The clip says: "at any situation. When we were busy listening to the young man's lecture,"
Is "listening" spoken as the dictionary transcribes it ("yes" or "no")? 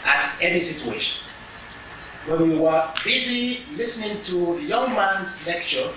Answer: yes